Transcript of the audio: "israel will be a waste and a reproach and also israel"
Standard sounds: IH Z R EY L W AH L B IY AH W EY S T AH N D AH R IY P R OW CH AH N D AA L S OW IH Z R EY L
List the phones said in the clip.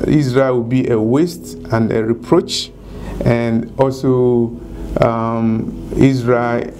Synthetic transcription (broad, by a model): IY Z R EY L W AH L B IY AH W EY S T AH N D AH R IY P R OW CH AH N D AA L S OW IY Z R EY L